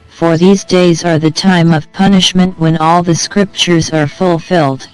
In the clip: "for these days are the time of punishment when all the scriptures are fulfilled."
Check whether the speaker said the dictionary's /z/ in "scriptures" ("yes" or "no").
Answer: yes